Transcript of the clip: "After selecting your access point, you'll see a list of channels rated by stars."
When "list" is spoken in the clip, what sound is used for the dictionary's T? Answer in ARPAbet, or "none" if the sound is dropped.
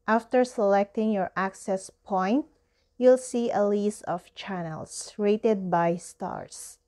none